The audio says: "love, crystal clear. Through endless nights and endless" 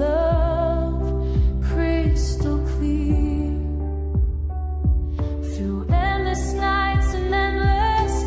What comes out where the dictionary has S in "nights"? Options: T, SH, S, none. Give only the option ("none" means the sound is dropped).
S